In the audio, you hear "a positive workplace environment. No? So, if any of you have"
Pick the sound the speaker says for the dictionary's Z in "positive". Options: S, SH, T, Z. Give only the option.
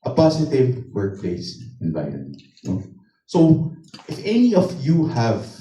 S